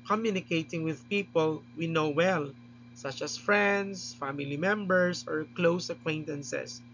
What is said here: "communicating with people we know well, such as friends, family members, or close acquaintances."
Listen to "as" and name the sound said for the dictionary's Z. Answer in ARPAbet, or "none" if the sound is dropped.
S